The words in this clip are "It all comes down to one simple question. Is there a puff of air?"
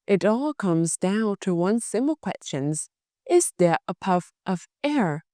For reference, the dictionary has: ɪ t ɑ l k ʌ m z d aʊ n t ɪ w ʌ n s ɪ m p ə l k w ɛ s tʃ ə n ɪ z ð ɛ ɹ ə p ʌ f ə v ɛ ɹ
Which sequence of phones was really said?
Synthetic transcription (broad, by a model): ɪ t ɑ l k ʌ m z d aʊ n t ɪ w ʌ n s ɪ m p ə l k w ɛ s tʃ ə n ɪ z ð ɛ ɹ ə p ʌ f ə v ɛ ɹ